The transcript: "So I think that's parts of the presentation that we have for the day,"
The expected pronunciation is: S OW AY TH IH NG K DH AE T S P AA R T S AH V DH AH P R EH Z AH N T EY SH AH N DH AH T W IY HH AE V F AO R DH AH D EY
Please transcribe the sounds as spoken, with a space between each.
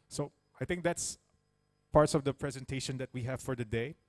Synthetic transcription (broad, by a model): S OW AY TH IH NG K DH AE T S P AA R T S AH V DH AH P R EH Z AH N T EY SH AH N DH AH T W IY HH AE V F AO R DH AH D EY